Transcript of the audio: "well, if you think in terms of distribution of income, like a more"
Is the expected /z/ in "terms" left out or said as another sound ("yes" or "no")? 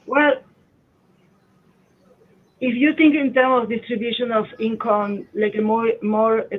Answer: yes